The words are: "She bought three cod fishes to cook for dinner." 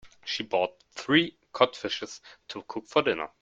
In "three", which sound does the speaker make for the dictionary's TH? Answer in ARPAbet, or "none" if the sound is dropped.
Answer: TH